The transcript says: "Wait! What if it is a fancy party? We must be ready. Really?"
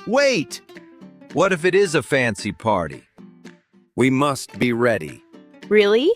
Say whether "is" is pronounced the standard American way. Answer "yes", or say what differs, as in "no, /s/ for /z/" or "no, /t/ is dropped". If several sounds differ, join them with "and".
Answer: yes